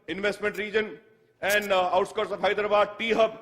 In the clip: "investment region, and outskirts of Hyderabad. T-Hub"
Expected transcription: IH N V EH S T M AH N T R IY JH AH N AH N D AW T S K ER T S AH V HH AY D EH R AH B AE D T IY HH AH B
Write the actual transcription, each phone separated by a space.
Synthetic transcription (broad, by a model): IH N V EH S T M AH N T R IY JH AH N AH N D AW T S K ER T S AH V HH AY D R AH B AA D T IY HH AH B